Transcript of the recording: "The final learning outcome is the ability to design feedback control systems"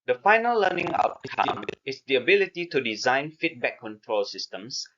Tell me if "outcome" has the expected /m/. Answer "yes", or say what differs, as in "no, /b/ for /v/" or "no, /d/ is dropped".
no, /m/ is dropped